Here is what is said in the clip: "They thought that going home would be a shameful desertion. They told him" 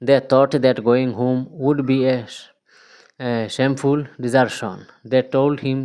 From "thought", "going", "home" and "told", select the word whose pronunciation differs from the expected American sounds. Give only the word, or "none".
thought